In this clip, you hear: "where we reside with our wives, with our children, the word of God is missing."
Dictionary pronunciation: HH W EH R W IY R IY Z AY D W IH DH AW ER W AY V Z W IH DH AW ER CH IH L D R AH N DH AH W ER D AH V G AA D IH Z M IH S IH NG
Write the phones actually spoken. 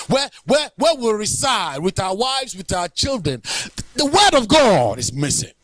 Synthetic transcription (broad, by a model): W W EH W W IY R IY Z AY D W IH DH AW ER W AY V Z W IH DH AW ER CH IH L D R AH N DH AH W ER D AH V G AA D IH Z M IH S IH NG